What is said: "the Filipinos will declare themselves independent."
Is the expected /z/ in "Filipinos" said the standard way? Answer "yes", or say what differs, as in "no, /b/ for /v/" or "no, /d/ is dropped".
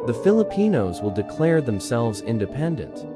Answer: yes